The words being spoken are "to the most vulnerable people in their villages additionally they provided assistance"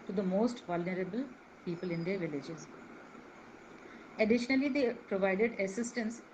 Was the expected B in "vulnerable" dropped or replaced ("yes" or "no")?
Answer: no